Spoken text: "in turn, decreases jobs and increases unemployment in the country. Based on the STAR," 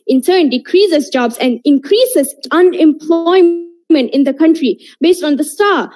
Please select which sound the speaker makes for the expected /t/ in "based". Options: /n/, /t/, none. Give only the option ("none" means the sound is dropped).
/t/